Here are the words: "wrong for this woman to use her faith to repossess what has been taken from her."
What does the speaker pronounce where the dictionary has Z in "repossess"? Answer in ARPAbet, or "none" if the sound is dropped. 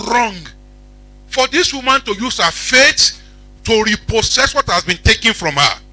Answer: S